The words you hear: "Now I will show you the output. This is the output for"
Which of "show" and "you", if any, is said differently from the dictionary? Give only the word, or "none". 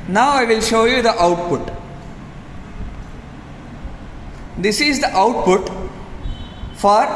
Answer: none